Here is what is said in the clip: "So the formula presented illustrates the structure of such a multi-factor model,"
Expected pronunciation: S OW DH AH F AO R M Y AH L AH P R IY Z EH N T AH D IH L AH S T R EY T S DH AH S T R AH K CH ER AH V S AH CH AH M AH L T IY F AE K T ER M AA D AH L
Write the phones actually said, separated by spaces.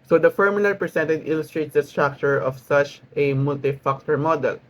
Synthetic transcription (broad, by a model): S OW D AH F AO R M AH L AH P R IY S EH N T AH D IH L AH S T R EY T S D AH S T R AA K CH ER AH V S AH CH AH M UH L T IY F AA K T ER M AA D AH L